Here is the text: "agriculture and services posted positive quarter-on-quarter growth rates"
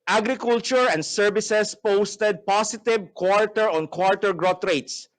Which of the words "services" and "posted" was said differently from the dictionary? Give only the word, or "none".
services